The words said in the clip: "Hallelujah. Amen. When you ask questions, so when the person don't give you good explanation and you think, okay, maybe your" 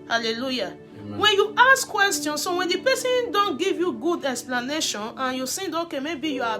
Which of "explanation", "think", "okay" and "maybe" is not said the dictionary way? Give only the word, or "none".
think